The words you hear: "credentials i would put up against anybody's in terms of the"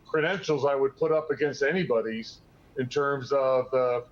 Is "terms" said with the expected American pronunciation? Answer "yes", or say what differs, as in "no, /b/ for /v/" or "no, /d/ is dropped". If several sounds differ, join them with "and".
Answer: yes